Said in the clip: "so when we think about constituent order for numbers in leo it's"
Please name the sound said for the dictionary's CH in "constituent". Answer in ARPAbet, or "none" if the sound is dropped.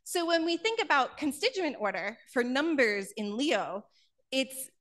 CH